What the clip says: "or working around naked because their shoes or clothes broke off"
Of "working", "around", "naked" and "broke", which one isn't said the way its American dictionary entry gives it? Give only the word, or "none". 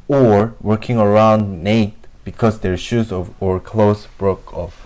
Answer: naked